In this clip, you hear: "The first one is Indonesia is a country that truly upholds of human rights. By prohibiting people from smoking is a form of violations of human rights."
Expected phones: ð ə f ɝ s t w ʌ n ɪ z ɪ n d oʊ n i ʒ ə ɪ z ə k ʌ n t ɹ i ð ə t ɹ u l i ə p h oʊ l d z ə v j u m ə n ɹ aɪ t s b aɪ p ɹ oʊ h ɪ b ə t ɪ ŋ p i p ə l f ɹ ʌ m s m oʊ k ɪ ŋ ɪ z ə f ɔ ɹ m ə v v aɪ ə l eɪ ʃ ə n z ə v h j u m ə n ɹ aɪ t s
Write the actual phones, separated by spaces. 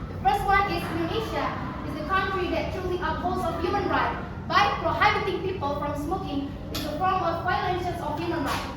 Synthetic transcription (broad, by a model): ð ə f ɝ s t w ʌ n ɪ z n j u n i ʃ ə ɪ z ə k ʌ n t ɹ i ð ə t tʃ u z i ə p oʊ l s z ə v j u m ə n ɹ aɪ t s b aɪ p ɹ oʊ h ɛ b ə t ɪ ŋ p i p ə l f ɹ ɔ m s m oʊ k ɪ ŋ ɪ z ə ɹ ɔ l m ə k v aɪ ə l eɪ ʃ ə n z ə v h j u m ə n ɹ aɪ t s